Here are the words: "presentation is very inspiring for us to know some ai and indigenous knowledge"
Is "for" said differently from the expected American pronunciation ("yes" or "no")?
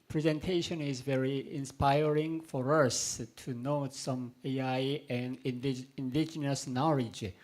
no